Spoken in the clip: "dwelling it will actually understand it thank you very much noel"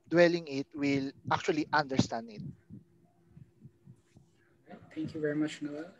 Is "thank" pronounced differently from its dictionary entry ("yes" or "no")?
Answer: yes